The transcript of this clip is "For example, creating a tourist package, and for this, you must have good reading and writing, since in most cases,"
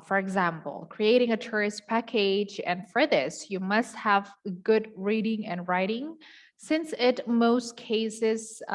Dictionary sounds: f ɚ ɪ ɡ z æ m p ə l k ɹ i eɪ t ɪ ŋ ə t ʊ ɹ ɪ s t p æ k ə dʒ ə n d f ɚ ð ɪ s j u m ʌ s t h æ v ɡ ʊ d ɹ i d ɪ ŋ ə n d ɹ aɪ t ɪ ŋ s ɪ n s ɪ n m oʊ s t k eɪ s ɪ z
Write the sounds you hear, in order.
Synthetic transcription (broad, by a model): f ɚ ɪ ɡ z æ m p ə l k ɹ i eɪ t ɪ ŋ ə t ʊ ɹ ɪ s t p æ k ə dʒ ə n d f ɚ ð ɪ s j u m ʌ s t h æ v ɡ ʊ d ɹ i d ɪ ŋ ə n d ɹ aɪ t ɪ ŋ s ɪ n s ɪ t m oʊ s t k eɪ s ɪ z